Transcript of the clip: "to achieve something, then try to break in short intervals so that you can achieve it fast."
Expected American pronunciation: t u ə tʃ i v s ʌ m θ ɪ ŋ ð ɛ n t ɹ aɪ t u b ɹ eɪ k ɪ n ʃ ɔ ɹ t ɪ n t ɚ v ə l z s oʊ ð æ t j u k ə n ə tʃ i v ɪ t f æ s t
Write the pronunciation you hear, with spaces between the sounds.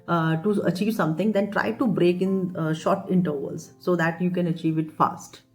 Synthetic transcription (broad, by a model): t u ə tʃ i v s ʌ m t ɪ ŋ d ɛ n t ɹ aɪ t u b ɹ eɪ k ɪ n ʃ ɔ ɹ t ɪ n t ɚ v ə l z s oʊ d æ t j u k ə n ə tʃ i v ɪ t f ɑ s t